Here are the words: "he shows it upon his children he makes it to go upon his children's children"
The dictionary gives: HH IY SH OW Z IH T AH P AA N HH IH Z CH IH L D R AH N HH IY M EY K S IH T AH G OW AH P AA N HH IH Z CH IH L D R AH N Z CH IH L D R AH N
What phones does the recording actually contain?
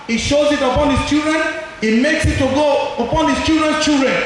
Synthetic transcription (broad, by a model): HH IY SH OW Z IH T AH P AA N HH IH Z CH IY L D R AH N HH IY M EY K S IH T AH G OW AH P AA N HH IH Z CH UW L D R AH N CH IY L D R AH N